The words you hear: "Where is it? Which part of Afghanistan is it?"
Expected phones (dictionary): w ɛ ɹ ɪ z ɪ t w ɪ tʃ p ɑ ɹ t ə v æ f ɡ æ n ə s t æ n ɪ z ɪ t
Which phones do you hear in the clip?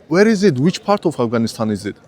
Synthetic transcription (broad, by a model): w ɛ ɹ ɪ z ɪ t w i tʃ p ɑ ɹ t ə f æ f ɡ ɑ n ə s t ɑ n ɪ z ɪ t